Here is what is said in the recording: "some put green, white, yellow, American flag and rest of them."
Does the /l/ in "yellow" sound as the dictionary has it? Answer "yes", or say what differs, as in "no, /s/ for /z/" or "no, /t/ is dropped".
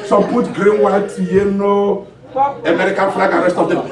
no, /n/ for /l/